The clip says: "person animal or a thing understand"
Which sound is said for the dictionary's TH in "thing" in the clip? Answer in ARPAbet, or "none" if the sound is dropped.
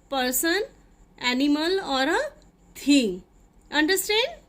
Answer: T